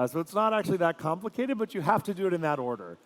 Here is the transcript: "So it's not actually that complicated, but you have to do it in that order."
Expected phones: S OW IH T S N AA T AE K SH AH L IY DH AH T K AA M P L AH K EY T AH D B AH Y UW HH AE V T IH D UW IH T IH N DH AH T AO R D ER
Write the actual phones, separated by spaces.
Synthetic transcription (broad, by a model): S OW IH T S N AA T AE K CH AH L IY DH AH T K AA M P L AH K EY T AH D B AH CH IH HH AE F T IH D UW IH T IH N DH AH T AO R D ER